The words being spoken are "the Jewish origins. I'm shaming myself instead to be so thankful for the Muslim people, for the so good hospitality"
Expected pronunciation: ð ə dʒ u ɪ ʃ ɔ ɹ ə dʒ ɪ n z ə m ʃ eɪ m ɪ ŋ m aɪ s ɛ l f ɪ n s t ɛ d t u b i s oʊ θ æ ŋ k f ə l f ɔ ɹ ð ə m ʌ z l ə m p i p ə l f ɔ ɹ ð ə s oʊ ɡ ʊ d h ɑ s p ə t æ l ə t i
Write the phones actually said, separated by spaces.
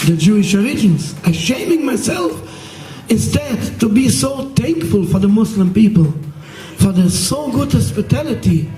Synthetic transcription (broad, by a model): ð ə dʒ u ɪ ʃ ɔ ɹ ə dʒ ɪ n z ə ʃ eɪ m ɪ ŋ m aɪ s ɛ l f ɪ n s t ɛ d t u b i s oʊ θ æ ŋ k f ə l f ɔ ɹ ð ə m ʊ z l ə m p i p ə l f ɔ ɹ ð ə s oʊ ɡ ʊ d h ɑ s p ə t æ l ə t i